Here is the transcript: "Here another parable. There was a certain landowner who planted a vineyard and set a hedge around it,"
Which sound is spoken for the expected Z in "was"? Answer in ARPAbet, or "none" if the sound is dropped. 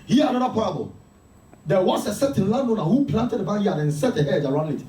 S